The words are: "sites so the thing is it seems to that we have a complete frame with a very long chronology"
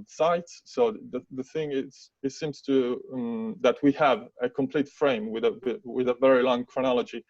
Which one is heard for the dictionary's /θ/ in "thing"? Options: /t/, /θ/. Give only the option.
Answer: /θ/